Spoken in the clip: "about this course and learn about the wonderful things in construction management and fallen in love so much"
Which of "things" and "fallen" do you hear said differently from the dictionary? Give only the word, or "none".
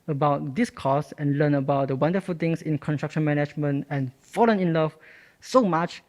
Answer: things